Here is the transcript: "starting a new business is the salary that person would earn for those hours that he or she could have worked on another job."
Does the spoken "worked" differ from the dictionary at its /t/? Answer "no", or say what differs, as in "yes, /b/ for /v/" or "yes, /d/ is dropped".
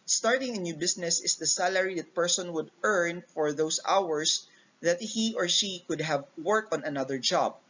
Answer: yes, /t/ is dropped